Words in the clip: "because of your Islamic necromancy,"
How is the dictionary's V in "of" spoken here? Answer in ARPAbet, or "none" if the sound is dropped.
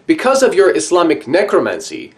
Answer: V